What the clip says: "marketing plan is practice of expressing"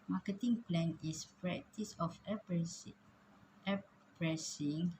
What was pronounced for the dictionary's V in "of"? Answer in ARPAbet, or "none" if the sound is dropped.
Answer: F